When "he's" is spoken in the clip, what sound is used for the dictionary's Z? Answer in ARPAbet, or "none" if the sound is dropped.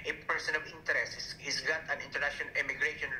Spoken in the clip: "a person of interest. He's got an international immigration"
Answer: S